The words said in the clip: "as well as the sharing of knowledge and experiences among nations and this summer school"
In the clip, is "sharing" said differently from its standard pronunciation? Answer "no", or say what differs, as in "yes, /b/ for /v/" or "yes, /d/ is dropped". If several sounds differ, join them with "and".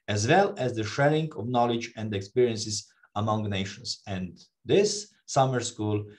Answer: yes, /l/ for /ɹ/